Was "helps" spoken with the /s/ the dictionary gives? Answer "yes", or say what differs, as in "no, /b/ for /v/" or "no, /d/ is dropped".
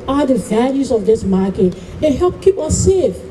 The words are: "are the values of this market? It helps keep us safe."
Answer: no, /s/ is dropped